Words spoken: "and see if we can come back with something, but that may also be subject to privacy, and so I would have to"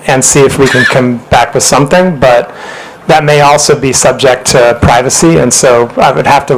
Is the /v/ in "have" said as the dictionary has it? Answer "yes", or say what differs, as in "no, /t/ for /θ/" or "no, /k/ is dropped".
no, /f/ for /v/